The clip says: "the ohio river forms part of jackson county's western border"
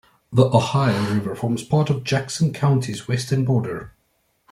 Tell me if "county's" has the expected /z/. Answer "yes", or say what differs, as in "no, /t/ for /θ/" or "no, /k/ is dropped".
yes